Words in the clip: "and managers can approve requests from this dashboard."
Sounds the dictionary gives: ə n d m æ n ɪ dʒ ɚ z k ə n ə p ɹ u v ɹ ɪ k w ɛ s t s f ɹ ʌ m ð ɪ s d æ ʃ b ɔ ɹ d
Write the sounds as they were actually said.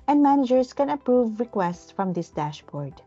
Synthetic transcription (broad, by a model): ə n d m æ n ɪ dʒ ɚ s k ə n ə p ɹ u v ɹ ɪ k w ɛ s t s f ɹ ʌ m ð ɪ s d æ ʃ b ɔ ɹ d